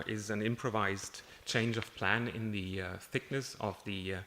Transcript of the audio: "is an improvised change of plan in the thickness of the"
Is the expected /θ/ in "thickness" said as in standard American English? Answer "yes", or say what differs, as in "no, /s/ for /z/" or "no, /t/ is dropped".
yes